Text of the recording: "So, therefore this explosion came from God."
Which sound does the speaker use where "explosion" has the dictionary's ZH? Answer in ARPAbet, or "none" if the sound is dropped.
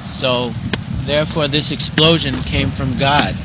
ZH